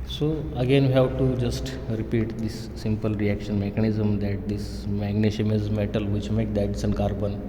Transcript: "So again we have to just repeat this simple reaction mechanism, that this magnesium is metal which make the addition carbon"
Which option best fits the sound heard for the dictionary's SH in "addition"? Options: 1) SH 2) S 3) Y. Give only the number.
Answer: 2